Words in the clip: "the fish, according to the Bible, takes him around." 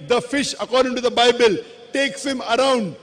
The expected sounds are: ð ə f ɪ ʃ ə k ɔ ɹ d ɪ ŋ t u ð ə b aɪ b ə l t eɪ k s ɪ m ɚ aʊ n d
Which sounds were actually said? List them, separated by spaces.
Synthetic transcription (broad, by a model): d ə f ɪ ʃ ə k ɔ ɹ d ɪ ŋ t u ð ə b aɪ b ə l t eɪ k s ɪ m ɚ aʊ n d